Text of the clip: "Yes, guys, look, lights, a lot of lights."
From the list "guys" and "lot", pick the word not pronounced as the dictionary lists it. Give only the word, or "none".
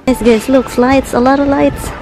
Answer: guys